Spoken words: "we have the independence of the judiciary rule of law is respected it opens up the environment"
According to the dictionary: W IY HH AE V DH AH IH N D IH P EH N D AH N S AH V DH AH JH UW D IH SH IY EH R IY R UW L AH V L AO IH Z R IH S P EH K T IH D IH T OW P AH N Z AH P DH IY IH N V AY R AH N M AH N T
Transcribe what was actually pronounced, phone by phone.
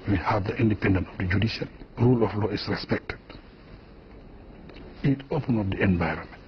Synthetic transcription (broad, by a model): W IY HH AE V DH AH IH N D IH P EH N D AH N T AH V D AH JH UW D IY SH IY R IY R UW L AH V L AO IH S R IH S P EH K T IH D IH T OW P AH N AH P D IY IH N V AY R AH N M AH N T